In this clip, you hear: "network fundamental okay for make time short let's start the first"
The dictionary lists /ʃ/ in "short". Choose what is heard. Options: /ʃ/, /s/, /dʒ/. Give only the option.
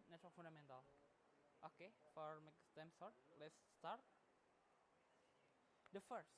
/s/